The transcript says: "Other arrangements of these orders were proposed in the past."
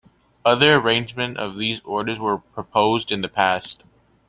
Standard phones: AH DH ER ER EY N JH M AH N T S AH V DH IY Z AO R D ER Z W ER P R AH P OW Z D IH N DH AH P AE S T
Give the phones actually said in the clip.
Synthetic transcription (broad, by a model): AH DH ER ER EY N JH M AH N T AH V DH IY Z AO R D ER Z W ER P R AH P OW Z D IH N DH AH P AE S T